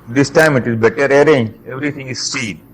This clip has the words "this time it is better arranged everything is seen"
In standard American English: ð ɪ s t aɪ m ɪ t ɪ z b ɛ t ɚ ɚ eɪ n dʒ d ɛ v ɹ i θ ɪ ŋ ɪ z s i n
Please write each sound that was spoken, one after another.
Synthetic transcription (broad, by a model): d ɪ s t aɪ m ɪ t ɪ z b ɛ t ɚ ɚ eɪ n dʒ ɛ v ɹ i t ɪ ŋ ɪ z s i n